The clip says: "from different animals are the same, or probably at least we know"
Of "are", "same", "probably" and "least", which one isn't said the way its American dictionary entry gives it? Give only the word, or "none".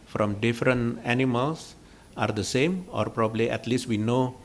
none